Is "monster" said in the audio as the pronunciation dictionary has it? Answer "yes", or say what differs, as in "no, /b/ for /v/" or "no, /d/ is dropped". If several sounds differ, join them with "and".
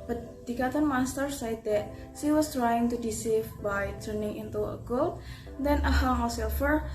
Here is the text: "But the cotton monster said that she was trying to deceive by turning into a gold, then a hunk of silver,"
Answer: no, /n/ is dropped